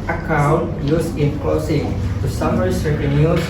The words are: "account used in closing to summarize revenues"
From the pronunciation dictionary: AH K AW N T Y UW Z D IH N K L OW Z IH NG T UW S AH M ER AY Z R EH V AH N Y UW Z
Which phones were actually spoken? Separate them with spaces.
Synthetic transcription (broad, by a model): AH K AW N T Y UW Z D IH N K OW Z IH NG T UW S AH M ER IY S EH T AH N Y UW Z